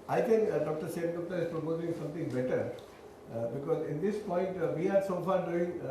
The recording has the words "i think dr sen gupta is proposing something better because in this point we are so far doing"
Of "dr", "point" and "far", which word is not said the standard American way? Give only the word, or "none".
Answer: none